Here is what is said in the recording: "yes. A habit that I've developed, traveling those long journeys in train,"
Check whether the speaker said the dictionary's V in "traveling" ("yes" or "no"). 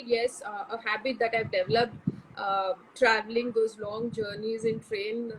yes